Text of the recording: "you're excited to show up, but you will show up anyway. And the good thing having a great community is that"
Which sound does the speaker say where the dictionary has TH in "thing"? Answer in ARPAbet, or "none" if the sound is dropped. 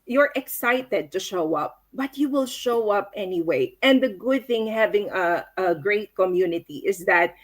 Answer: TH